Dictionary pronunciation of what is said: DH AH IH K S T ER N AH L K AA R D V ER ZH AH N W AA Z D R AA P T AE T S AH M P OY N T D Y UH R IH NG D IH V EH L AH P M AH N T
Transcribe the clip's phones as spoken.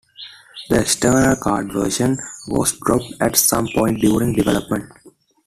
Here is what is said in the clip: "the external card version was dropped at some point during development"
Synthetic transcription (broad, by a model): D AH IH K S T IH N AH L K AA R D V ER SH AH N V AA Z D R AA P T AE T S AH M P OY N T D Y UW R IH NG D IH V EH L AH P M AH N T